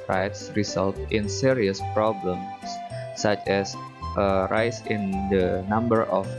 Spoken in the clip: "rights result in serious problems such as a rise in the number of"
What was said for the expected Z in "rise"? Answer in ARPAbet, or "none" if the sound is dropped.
S